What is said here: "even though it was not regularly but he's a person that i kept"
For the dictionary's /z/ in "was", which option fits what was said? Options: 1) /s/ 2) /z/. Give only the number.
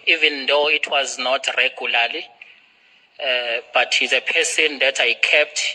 2